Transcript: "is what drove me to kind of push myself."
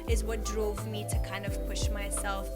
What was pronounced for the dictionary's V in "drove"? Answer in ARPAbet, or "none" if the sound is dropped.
V